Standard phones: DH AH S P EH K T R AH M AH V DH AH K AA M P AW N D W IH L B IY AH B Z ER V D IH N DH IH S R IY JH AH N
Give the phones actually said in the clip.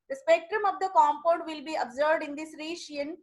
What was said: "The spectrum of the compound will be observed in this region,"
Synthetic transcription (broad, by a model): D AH S P EH K T R AH M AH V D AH K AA M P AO D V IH L B IY AH B Z ER V D IH N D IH S R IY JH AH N